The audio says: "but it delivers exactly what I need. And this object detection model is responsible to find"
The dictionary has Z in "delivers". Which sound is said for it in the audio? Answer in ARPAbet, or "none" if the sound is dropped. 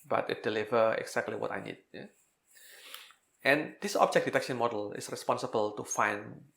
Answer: none